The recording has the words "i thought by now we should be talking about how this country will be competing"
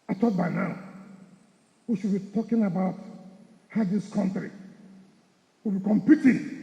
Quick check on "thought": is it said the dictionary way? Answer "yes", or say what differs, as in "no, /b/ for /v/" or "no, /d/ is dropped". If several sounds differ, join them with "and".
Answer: no, /t/ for /θ/